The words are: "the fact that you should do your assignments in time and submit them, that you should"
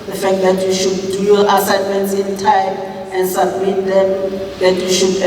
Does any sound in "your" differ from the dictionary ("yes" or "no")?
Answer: yes